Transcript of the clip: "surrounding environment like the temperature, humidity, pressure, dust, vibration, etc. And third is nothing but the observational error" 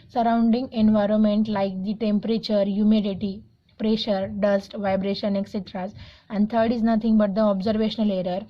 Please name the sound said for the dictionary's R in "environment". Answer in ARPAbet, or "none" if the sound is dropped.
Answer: R